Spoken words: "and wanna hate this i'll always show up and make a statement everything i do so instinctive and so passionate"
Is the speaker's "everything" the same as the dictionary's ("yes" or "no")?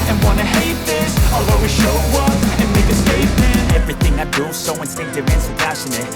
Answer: yes